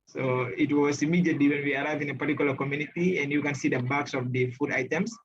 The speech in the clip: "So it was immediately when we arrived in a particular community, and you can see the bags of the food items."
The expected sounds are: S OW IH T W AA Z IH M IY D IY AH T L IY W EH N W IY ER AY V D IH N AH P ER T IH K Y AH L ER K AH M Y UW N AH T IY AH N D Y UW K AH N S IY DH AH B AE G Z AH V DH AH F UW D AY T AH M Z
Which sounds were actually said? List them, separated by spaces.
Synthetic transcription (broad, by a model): S OW IH T W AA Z IH M IY D IY AH T L IY W EH N W IY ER AY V IH N AH P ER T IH K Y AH L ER K AH M Y UW N AH T IY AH N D Y UW K AH N S IY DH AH B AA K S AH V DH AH F UW D AY T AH M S